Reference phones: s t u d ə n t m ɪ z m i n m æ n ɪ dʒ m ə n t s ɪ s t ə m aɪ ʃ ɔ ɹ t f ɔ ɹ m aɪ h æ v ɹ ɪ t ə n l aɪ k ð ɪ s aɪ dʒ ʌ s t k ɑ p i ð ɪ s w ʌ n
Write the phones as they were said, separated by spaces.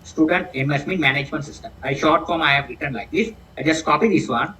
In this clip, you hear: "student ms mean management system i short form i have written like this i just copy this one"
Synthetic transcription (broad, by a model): s t u d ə n t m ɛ s m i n m æ n ɪ dʒ m ə n t s ɪ s t ə m aɪ ʃ ɔ ɹ t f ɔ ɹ m aɪ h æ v ɹ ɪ t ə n l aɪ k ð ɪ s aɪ dʒ ʌ s t k ɑ p i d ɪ s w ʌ n